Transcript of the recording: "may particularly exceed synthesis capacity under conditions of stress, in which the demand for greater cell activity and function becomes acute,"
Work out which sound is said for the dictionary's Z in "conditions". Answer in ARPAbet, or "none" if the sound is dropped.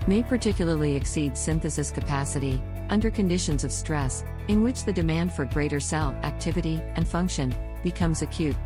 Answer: Z